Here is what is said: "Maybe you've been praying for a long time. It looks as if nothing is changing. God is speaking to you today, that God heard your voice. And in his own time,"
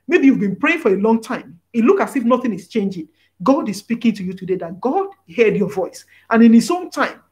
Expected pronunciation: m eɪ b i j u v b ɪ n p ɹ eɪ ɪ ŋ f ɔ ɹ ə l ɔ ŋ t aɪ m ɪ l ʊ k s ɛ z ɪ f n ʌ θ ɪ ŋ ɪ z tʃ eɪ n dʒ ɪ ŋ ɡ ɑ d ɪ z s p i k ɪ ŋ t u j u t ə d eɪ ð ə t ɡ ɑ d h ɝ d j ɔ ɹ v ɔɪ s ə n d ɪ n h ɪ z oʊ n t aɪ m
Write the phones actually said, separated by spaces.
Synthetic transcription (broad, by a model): m eɪ b i j u v b ɪ n p ɹ eɪ ɪ ŋ f ɔ ɹ ə l ɔ ŋ t aɪ m ɪ l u k ɑ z ɪ f n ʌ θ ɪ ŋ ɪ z tʃ eɪ n dʒ ɪ ŋ ɡ ɑ d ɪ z s p i k ɪ ŋ t u j u t ə d eɪ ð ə t ɡ ɑ d h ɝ d j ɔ v ɔɪ s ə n ɪ n h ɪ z oʊ n t aɪ m